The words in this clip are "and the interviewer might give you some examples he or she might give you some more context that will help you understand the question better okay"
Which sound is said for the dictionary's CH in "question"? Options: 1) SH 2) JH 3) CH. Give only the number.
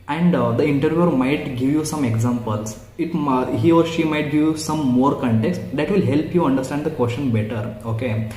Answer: 1